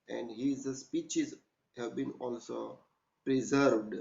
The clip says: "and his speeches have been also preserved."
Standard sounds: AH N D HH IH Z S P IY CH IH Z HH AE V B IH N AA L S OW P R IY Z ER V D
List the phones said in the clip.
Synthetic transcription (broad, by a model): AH N D HH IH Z S P IY CH IH Z HH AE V B IH N AA L S OW P R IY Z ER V D